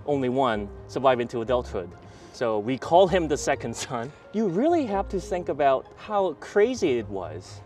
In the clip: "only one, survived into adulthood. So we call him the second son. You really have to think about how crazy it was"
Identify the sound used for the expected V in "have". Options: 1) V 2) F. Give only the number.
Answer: 2